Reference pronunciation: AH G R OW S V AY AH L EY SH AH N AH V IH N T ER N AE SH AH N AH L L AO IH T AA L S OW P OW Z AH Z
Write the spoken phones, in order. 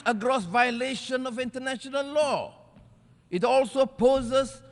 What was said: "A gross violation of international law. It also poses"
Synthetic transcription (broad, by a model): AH G R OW S V AY AH L EY SH AH N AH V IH N T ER N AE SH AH N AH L L AO IH T AA L S OW P OW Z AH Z